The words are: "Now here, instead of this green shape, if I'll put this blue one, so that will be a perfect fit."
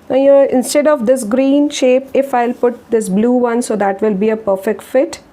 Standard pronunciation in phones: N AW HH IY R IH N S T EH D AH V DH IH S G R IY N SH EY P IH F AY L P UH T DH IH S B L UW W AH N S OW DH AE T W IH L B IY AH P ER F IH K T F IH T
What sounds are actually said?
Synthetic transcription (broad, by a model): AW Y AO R IH N S T EH D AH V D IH S G R IY N SH EY P IH F AY L P UH T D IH S B L UW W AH N S OW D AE T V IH L B IY AH P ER F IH K T F IH T